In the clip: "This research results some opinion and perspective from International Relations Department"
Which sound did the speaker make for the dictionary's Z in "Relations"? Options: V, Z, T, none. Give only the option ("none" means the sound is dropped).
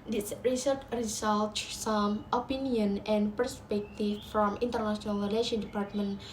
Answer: none